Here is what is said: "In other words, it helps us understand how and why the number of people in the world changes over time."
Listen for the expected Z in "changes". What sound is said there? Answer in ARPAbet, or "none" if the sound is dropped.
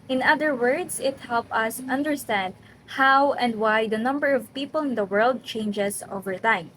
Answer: S